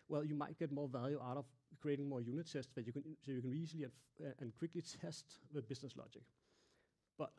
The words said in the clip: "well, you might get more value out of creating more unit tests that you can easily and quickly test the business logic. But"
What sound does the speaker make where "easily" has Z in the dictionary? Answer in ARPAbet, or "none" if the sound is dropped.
S